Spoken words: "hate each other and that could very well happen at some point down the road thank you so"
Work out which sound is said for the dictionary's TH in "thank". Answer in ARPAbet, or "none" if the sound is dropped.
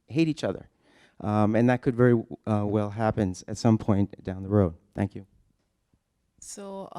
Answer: TH